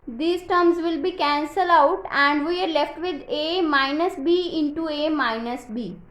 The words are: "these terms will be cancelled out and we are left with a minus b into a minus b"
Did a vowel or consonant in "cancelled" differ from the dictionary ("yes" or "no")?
yes